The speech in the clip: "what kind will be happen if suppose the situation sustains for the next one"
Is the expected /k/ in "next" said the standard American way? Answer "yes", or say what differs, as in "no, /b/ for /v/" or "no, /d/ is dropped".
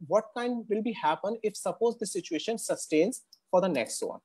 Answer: yes